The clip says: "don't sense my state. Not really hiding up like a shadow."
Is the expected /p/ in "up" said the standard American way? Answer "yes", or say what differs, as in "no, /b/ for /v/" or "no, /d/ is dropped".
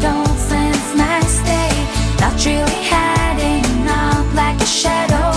no, /f/ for /p/